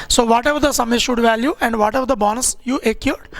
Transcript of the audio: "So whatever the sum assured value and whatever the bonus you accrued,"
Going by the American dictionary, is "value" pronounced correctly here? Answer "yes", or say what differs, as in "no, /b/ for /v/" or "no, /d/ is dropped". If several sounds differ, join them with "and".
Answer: yes